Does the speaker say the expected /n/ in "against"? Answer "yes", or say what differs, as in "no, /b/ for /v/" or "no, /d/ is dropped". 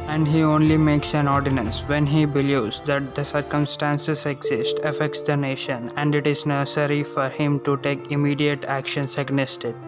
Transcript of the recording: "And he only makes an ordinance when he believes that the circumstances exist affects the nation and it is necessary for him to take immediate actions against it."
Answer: no, /n/ is dropped